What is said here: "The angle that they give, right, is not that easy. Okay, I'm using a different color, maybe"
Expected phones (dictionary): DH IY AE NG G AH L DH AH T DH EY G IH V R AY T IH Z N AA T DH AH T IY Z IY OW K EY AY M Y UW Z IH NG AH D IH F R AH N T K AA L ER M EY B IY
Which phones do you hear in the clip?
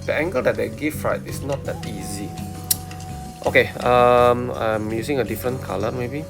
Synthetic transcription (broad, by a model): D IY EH NG G AH L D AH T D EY G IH F R AY T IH S N AA T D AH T IY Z IY OW K EY AY M Y UW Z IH NG AH D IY F R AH N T K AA L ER M EY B IY